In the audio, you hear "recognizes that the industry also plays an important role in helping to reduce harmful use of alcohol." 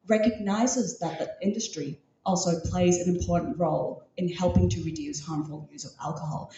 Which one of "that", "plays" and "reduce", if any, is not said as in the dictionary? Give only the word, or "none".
none